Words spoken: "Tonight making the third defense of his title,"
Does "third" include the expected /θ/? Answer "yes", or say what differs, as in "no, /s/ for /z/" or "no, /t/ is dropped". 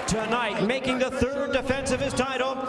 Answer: yes